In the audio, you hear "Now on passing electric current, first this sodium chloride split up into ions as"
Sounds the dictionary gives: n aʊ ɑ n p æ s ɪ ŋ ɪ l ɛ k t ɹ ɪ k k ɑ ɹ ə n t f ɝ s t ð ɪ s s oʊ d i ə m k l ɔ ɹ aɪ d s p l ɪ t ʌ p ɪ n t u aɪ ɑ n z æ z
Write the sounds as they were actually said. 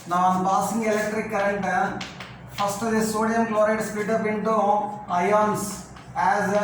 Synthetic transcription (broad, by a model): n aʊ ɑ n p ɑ s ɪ ŋ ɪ l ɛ k t ɹ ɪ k k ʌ ɹ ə n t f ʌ s t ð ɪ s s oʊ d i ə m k l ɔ ɹ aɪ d s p ɪ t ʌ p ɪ n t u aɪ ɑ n s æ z